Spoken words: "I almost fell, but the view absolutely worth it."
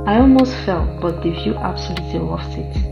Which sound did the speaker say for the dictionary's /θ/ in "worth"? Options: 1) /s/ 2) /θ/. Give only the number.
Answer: 1